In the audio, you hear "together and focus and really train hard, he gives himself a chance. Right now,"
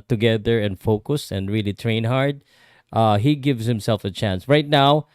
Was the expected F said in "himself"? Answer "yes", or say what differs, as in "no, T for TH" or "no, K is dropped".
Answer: yes